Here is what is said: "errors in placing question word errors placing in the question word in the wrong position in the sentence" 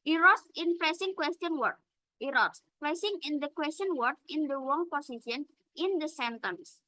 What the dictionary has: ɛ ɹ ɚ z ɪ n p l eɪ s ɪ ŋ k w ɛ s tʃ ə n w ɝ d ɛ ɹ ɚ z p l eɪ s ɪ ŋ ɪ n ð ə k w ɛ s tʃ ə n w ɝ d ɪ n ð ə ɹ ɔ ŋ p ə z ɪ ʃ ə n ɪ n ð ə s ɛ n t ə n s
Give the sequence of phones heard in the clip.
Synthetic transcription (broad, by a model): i ɹ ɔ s ɪ n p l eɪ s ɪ ŋ k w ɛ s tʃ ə n w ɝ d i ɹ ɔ s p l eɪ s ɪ ŋ ɪ n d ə k w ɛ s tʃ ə n w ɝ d ɪ n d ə w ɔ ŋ p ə s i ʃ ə n ɪ n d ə s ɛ n t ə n s